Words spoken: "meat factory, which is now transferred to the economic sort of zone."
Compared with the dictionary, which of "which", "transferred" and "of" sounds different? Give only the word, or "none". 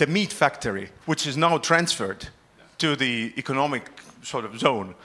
none